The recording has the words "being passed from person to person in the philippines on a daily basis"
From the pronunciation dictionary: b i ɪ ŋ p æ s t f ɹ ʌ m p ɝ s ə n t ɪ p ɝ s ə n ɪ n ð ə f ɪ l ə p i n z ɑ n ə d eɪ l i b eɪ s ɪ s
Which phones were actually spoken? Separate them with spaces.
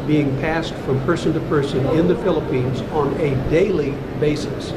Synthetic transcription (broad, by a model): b i ɪ ŋ p æ s t f ɹ ʌ m p ɝ s ə n t ɪ p ɝ s ə n ɪ n ð ə f ɪ l ə p i n z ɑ n ə d eɪ l i b eɪ s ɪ s